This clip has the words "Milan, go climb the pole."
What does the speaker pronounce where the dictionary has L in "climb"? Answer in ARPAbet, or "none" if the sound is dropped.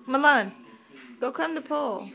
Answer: none